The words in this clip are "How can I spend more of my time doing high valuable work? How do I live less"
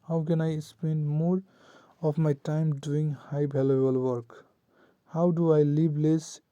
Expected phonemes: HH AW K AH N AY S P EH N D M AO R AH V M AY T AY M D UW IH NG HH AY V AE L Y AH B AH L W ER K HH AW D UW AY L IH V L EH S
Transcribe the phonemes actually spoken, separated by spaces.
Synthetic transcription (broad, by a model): HH AW K AH N AY S P EH N D M AO R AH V M AY T AY M D UW IH NG HH AY B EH L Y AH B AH L W ER K HH AW D UW AY L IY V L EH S